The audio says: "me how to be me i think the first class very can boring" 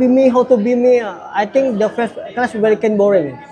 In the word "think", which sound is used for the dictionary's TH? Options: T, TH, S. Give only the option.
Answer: T